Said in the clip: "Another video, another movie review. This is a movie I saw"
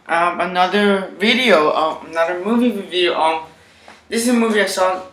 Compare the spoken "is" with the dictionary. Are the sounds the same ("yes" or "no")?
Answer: no